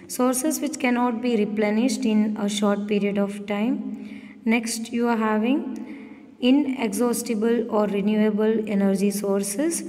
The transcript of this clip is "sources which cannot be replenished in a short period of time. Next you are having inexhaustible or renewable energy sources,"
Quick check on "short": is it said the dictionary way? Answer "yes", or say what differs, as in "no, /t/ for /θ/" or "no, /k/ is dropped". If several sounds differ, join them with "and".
yes